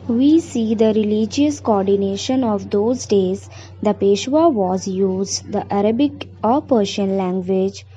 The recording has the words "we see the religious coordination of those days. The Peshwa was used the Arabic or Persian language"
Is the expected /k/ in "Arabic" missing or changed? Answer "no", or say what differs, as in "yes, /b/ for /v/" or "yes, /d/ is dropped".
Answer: no